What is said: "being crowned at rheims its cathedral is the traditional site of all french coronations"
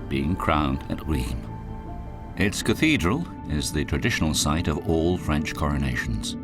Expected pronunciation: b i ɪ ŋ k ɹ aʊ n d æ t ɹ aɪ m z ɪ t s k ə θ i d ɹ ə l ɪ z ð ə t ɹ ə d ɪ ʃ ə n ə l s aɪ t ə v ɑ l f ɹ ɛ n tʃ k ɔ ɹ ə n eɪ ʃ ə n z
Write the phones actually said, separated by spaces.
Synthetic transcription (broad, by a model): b i ɪ ŋ k ɹ aʊ n d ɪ t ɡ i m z ɪ t s k ə θ i d ɹ ə l ɪ z ð ə t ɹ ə d ɪ ʃ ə n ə l s aɪ t ə v ɑ l f ɹ ɛ n tʃ k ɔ ɹ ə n eɪ ʃ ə n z